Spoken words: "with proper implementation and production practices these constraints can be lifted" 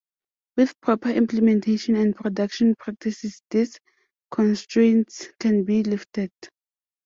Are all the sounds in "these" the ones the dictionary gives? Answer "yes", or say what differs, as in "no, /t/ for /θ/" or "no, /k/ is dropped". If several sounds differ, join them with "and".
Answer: no, /s/ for /z/